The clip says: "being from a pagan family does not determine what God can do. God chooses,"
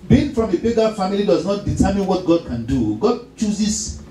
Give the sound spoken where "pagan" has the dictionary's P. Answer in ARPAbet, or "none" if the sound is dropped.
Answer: B